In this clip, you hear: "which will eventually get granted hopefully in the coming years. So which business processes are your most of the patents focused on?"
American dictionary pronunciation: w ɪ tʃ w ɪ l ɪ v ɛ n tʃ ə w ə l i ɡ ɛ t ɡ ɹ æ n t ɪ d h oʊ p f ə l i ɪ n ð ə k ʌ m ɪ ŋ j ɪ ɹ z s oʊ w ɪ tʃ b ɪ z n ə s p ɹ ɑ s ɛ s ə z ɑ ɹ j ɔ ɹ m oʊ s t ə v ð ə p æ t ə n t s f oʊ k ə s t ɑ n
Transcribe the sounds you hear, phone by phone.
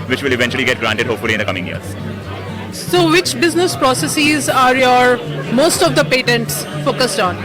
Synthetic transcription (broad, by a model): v ɪ tʃ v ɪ l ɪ v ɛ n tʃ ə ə l i ɡ ɛ t ɡ ɹ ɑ n t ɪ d h oʊ p f ə l i ɪ n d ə k ʌ m ɪ ŋ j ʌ ɹ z s oʊ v ɪ tʃ b ɪ z n ə s p ɹ ɑ s ɛ s ə z ɑ ɹ j ɔ ɹ m oʊ s t ə v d ə p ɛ t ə n t s f oʊ k ə s t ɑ n